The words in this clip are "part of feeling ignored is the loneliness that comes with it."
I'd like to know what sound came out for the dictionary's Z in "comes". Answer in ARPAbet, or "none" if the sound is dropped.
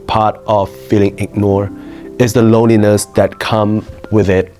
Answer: none